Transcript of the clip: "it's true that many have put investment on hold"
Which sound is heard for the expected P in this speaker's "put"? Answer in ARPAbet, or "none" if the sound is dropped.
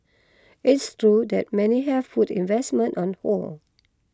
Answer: F